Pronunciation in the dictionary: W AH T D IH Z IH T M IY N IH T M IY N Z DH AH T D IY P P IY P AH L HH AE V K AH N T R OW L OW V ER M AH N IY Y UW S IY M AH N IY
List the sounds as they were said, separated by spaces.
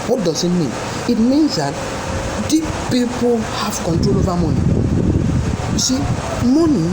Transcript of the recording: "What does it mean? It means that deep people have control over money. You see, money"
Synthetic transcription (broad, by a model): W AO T D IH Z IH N M IY N IH T M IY N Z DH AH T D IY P P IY P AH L HH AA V K AH N T R OW L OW V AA M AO N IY Y UW S IY M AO N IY